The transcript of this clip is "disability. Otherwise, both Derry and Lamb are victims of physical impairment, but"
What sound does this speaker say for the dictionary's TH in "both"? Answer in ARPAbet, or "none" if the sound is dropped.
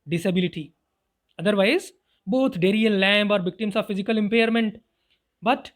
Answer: T